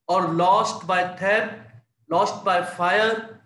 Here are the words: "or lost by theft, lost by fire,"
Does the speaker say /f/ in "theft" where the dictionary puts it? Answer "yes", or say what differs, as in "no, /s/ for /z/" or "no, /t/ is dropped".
no, /f/ is dropped